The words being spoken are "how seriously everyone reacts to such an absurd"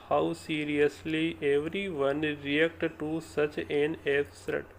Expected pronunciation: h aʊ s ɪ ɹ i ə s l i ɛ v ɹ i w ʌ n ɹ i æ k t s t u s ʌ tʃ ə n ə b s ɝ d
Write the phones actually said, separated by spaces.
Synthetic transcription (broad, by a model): h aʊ s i ɹ i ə s l i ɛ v ɹ i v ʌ n ɹ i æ k t t u s ʌ tʃ ə n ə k s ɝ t